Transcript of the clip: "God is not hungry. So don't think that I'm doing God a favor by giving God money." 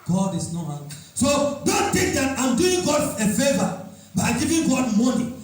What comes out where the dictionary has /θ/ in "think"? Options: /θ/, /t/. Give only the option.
/t/